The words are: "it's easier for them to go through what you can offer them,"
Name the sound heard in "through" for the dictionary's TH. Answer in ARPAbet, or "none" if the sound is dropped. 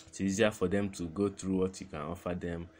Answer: T